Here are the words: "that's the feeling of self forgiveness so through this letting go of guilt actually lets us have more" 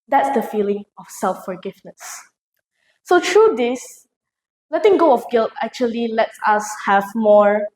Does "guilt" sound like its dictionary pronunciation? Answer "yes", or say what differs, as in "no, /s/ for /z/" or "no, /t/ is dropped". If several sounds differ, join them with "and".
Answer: yes